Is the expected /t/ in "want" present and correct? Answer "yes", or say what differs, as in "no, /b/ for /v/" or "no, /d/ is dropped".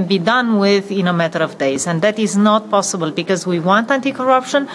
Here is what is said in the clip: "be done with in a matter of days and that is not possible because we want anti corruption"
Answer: yes